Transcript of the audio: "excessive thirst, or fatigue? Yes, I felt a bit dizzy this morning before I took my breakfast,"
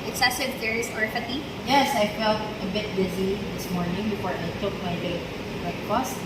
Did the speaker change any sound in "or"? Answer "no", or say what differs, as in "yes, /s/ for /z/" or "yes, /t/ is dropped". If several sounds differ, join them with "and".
no